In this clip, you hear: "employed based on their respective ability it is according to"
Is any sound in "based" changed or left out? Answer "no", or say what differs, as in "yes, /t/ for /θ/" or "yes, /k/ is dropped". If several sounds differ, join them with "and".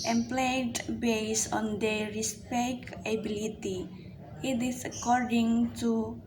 yes, /t/ is dropped